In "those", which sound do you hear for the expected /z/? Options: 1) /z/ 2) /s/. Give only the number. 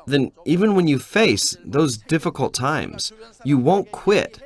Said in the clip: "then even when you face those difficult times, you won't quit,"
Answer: 1